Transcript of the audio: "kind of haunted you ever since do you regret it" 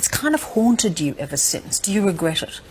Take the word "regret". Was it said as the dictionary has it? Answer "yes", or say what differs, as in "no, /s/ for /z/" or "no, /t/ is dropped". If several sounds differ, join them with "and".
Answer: yes